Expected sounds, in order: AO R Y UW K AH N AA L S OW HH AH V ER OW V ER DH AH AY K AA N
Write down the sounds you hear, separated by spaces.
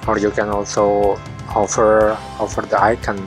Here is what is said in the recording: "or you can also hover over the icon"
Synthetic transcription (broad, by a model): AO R Y UW K AH N AA L S OW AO F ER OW F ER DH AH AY K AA N